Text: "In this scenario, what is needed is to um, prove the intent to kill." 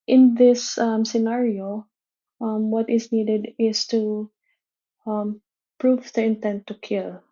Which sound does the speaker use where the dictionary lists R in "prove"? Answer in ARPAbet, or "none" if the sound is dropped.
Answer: R